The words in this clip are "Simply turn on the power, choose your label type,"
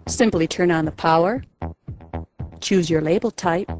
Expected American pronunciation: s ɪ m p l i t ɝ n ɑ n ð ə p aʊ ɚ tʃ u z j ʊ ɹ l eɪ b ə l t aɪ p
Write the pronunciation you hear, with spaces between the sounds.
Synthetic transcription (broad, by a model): s ɪ m p l i t ɝ n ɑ n ð ə p aʊ ɚ tʃ u z j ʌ ɹ l eɪ b l t aɪ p